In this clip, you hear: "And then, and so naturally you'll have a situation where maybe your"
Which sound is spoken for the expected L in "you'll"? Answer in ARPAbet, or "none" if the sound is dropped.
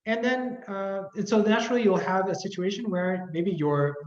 L